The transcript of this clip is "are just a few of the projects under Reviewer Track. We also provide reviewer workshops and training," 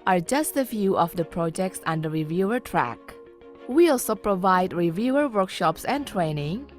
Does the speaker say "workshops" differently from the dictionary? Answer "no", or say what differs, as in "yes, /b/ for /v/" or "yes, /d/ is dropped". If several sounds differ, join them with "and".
no